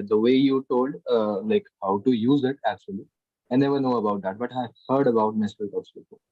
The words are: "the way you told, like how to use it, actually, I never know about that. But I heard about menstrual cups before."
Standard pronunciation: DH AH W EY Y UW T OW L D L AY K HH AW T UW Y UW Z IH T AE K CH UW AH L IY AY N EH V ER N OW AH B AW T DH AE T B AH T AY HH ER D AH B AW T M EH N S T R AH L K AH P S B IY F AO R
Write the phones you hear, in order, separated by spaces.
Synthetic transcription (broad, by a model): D AH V EY Y UW T OW L D L AY K HH AW T UW Y UW Z IH T AE K CH UW AH L IY AY N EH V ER N OW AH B AW T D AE T B AH T AY HH ER D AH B AW T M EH S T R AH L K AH S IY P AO